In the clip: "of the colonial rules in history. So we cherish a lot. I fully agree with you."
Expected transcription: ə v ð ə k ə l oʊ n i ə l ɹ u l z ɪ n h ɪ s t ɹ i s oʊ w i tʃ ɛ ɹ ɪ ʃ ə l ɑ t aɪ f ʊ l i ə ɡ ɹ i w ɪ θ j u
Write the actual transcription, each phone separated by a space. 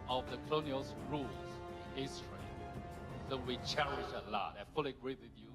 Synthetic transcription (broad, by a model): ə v ð ə k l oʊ n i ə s ɹ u l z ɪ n h ɪ s t ɹ i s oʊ w i tʃ ɛ ɹ ɪ ʃ ə l ɑ t aɪ f ʊ l i ə ɡ ɹ i w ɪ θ j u